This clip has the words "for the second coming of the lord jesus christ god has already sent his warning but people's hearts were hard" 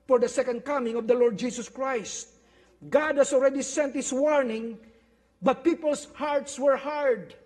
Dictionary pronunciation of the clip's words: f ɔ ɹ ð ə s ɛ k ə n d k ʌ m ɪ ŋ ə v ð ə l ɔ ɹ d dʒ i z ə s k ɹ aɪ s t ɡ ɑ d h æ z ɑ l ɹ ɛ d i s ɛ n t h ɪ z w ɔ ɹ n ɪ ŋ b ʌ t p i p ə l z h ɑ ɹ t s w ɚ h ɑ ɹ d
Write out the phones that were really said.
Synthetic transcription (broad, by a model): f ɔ ɹ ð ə s ɛ k ə n d k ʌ m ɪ ŋ ə v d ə l ɔ ɹ d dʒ i s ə s k ɹ aɪ s t ɡ ɑ d h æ s ɑ l ɹ ɛ d i s ɛ n t h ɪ s w ɔ ɹ n ɪ ŋ b ʌ t p i p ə l s h ɑ ɹ t s w ɚ h ɑ ɹ d